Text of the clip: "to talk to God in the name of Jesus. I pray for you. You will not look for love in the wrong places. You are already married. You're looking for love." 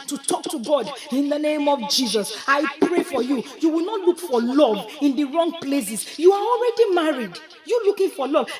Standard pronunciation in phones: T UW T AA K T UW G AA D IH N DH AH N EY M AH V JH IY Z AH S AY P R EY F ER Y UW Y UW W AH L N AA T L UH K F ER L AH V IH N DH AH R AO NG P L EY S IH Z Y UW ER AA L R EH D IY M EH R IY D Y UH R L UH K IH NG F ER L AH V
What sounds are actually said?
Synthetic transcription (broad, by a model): T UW T AA K T UW G AA D IH N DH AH N EY M AH V JH IY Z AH S AY P R EY F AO Y UW Y UW W AH L N AA T L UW K F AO L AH V IH N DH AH R AO NG P L EY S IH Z Y UW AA AA L R EH D IY M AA R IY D Y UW L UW K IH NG F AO L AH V